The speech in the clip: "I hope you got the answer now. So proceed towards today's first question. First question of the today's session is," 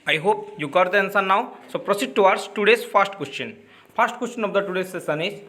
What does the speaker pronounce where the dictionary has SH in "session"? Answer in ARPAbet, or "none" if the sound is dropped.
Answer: S